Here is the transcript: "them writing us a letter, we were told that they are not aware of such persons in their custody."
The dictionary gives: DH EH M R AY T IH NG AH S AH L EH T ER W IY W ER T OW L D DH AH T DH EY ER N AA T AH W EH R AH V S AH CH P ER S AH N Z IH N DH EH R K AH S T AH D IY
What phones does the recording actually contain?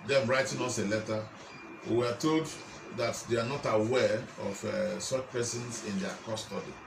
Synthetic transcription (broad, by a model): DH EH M R AY T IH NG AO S AH L EH T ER W IY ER T OW L D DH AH T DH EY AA N AA T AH W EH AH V S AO CH P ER S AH N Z IH N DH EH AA K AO S T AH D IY